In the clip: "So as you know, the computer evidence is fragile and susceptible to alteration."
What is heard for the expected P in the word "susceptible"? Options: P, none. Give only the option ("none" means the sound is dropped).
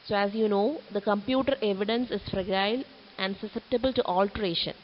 P